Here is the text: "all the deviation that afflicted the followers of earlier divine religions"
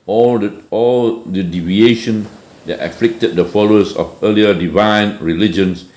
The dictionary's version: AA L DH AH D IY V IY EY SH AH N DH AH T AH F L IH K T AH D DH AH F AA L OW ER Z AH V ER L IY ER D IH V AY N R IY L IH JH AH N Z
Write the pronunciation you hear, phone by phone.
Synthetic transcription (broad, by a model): AA L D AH D IY V IY EY SH AH N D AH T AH F L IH K T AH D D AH F AA L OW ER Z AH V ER L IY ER D IH V AY N R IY L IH JH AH N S